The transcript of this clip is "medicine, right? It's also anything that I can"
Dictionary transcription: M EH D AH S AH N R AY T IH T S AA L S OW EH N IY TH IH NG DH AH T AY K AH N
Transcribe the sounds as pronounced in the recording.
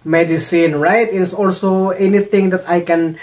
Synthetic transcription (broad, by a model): M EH D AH S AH N R AY T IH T S AA L S OW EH N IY T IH NG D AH T AY K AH N